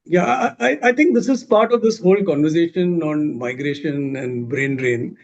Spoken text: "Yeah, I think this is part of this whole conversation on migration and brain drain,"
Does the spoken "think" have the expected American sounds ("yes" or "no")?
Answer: no